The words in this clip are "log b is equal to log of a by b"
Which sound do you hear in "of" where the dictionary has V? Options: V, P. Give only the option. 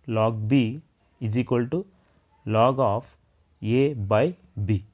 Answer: P